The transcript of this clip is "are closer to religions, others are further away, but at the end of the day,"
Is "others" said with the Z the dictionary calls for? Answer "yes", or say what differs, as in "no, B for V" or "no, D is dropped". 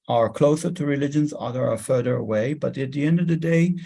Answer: no, Z is dropped